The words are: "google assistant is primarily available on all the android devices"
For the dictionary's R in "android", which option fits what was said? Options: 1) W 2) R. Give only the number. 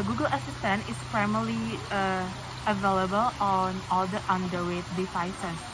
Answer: 1